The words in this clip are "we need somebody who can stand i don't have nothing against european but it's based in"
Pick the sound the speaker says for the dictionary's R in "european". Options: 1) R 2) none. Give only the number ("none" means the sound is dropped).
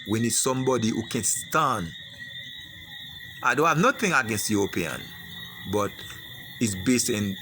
2